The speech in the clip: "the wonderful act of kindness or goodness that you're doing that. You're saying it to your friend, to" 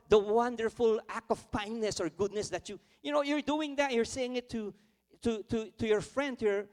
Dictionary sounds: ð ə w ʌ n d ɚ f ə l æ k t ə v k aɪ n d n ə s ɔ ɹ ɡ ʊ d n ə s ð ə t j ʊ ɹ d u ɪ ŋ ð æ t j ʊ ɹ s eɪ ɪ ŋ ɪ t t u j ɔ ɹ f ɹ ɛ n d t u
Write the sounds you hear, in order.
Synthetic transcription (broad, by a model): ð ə w ʌ n d ɚ f ə l æ k t ə v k aɪ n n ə s ɔ ɹ ɡ ʊ d n ə s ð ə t j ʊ ɹ d u ɪ ŋ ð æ t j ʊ ɹ s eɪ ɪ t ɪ t t u j ɔ ɹ f ɹ ɛ n d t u